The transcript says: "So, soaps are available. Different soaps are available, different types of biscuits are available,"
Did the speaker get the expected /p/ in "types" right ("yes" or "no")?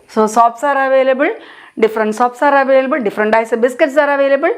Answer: no